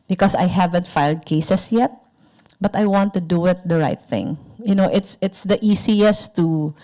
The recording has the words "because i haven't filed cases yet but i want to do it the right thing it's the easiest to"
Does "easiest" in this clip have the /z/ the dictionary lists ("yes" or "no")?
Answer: no